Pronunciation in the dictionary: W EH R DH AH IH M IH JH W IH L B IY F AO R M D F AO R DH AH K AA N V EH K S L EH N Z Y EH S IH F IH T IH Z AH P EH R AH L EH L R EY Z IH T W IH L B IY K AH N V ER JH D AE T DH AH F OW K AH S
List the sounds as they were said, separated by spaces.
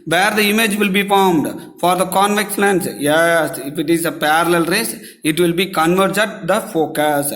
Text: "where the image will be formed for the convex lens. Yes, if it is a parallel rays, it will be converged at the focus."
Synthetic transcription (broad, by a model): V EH R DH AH IH M IH JH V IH L B IY F AO R M D F AO R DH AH K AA N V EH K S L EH N S Y EH S IH F IH T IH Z AH P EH R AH L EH L R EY S IH T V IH L B IY K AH N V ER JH AH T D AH F OW K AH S